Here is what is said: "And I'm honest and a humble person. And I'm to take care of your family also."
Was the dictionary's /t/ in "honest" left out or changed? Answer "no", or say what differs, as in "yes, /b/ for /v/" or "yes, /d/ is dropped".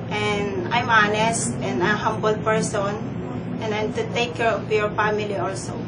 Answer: no